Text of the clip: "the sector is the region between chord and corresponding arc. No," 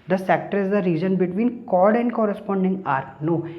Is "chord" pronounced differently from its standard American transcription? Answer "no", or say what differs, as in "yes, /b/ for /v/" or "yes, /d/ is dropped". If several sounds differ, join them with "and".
no